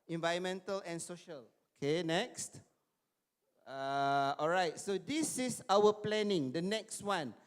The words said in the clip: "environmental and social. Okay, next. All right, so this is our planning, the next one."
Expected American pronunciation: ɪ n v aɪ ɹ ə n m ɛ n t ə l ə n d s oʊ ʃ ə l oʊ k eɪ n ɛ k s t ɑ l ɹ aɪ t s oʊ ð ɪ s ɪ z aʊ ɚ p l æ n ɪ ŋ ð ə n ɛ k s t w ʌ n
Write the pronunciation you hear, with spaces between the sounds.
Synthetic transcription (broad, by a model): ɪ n v aɪ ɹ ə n m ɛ n t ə l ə n s oʊ ʃ ə l oʊ k eɪ n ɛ k s t ɑ l ɹ aɪ t s oʊ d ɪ s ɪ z aʊ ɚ p l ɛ n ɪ ŋ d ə n ɛ k s t w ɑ n